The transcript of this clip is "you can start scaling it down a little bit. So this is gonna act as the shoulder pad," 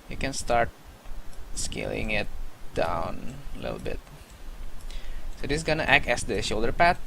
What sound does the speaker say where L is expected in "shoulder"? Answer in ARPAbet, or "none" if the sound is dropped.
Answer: L